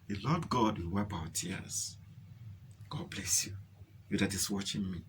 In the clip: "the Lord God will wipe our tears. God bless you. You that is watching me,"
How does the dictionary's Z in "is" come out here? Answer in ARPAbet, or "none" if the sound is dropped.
S